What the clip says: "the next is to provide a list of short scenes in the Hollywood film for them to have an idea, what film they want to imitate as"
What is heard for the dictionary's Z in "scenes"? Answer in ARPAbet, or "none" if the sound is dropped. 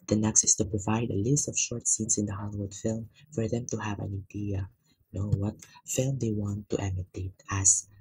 S